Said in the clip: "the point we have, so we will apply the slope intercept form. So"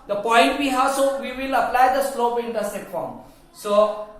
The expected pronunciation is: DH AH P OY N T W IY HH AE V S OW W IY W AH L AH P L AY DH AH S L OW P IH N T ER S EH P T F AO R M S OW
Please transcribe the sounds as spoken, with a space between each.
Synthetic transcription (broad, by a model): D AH P OY N T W IY HH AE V S OW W IY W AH L AH P L AY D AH S L OW P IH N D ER S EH T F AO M S OW